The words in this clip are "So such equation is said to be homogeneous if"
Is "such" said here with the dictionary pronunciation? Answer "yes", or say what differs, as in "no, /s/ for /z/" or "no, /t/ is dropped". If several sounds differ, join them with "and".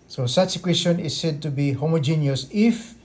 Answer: no, /s/ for /tʃ/